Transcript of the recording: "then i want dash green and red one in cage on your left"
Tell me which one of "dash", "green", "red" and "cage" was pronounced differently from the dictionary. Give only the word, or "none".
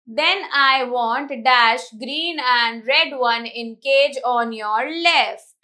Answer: none